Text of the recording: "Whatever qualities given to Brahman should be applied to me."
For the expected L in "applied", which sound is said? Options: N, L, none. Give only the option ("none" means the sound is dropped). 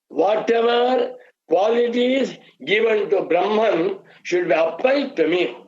none